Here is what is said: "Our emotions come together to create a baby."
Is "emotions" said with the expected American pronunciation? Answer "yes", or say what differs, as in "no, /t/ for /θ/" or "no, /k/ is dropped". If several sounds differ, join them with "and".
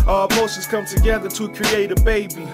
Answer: no, /s/ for /ʃ/ and /n/ is dropped